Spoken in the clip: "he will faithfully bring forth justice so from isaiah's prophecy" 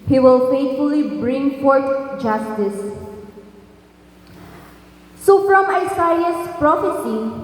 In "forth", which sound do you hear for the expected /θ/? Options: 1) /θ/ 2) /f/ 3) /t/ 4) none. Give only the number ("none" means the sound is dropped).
3